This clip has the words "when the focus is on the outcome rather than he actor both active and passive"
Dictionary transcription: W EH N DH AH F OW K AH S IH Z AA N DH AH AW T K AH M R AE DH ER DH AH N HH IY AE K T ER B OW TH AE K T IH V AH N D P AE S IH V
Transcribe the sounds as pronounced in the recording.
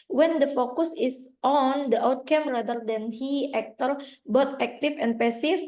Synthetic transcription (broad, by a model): W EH N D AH F OW K AH S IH S AA N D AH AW T K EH M R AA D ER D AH N HH IY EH K T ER B OW T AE K T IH F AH N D P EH S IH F